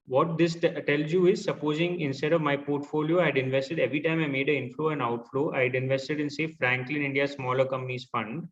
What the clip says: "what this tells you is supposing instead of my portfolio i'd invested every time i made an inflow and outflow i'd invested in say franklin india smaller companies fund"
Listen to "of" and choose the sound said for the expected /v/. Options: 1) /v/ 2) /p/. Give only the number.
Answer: 1